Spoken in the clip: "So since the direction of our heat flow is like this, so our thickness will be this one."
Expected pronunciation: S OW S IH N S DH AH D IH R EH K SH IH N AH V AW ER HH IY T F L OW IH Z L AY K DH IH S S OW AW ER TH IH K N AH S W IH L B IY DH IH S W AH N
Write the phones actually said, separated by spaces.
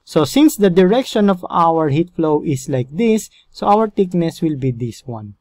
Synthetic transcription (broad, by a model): S OW S IH N S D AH D IH R EH K SH IH N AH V AW ER HH IY T F L OW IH S L AY K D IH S S OW AW ER T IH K N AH S W IH L B IY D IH S W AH N